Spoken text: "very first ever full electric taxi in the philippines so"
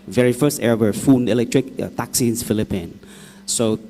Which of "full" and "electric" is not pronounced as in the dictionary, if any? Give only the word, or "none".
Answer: full